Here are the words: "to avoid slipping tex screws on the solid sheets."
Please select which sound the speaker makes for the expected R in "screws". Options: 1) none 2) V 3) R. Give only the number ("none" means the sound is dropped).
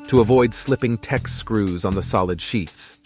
3